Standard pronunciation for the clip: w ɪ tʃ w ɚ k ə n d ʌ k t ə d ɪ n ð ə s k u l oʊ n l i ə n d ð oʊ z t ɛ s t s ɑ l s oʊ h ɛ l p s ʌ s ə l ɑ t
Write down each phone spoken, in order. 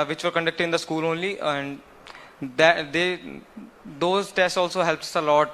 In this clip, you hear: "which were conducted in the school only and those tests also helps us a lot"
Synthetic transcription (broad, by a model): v ɪ tʃ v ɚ k ə n d ʌ k t ə d ɪ n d ə s k u l oʊ n l i ə n d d oʊ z t ɛ s t s ɑ l s oʊ h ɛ l p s ʌ s ə l ɑ t